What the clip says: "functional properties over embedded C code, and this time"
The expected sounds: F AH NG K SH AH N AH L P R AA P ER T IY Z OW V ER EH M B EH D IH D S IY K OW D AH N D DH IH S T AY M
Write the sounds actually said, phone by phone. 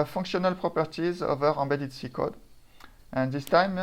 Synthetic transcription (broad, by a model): F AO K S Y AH N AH L P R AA P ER T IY Z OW V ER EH B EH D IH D S IY K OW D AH N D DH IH S T AY M